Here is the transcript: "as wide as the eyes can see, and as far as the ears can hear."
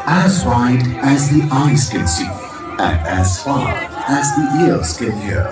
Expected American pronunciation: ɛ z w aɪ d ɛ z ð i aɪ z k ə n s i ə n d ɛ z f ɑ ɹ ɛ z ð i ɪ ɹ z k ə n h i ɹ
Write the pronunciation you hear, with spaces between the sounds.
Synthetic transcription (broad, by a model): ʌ z w aɪ d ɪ z ð i aɪ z k ə n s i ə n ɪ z f ɑ ɹ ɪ z ð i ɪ l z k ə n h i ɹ